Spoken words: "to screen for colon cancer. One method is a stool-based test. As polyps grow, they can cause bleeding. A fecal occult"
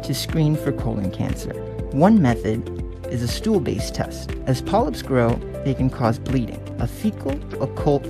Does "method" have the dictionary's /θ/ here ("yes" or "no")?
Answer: yes